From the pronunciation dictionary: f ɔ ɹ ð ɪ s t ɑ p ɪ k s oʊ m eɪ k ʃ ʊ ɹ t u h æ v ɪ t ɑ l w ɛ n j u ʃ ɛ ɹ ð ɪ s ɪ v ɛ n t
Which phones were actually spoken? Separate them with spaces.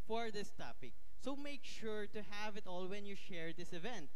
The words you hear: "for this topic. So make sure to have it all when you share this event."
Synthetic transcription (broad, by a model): f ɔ ɹ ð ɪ s t ɑ p ɪ k s oʊ m eɪ k ʃ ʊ ɹ t u h æ v ɪ t ɑ l w ɛ n j u ʃ ɛ ɹ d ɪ s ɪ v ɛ n t